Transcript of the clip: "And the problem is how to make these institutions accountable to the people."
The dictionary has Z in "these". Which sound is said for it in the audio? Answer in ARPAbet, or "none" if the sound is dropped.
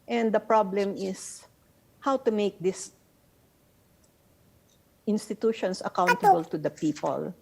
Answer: S